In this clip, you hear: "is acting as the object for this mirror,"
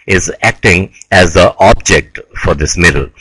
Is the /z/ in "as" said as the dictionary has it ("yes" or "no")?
yes